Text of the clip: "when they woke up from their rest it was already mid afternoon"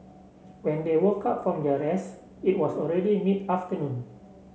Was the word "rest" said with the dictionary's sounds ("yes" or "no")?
no